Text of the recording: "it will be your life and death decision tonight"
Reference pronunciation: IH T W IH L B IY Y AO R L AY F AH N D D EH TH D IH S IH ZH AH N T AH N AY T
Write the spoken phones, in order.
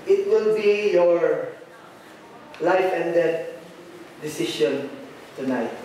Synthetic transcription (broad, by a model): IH T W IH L B IY Y AO R L AY F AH N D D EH T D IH S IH SH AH N T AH N AY T